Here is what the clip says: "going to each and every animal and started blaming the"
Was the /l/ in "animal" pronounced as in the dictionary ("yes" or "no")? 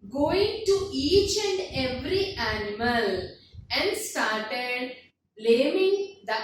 yes